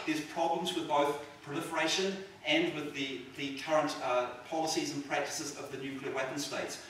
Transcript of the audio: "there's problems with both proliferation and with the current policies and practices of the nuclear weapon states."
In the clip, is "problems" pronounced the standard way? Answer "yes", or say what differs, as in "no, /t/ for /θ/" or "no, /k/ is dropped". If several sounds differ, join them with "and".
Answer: yes